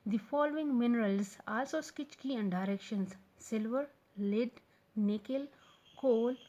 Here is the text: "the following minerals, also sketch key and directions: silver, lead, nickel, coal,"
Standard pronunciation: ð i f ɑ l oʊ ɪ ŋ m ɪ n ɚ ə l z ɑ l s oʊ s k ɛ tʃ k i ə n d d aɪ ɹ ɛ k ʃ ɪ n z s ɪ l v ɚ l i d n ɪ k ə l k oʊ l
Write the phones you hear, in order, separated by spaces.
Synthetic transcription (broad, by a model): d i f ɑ l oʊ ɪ ŋ m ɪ n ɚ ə l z ɑ l s oʊ s k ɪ tʃ k i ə n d d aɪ ɹ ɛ k ʃ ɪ n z s ɪ l v ɚ l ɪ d n ɪ k ə l k oʊ l